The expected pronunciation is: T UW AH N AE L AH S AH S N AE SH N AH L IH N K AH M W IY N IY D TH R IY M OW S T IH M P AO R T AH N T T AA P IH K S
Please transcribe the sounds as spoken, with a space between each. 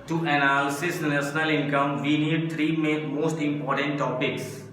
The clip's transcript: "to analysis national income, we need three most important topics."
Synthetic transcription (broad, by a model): T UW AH N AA L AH S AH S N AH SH N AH L IH N K AH M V IY N IY D T R IY M OW S T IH M P AO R T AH N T T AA P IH K S